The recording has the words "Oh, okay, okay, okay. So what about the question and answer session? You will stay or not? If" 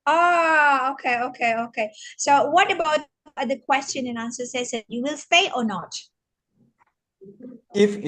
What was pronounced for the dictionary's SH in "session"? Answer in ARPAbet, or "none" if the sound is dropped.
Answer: S